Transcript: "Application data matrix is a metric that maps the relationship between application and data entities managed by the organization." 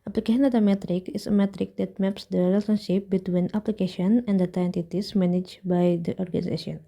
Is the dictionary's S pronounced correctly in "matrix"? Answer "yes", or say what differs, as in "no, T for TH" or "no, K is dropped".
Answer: no, S is dropped